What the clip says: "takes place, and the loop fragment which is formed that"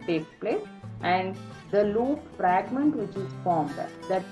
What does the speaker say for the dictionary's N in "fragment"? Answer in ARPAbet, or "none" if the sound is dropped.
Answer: N